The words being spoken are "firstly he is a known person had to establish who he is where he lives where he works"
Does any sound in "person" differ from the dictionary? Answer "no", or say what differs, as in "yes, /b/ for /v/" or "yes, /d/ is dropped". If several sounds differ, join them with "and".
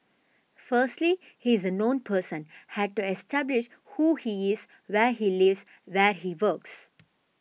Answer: no